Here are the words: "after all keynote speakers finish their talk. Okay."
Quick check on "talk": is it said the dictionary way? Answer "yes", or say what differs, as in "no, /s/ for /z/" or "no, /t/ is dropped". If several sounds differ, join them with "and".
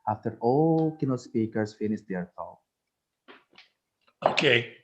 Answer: no, /k/ is dropped